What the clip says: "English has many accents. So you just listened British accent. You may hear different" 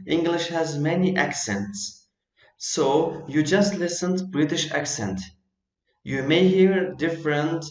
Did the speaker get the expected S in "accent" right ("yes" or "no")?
yes